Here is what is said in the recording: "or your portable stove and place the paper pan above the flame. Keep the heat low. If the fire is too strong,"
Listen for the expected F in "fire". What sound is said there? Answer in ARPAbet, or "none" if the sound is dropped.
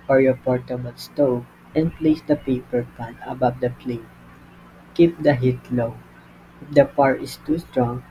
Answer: P